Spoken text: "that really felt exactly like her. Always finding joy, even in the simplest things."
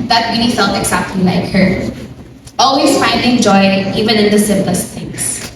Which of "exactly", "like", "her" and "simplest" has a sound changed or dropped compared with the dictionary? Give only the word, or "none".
exactly